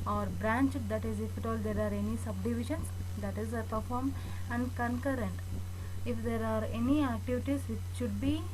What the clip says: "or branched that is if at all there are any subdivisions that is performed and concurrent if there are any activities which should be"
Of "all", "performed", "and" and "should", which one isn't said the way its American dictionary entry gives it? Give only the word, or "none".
performed